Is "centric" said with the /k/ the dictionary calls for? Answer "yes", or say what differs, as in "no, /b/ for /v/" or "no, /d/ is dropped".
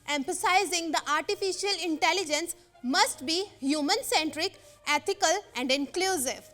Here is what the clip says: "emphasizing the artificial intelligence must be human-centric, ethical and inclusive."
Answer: yes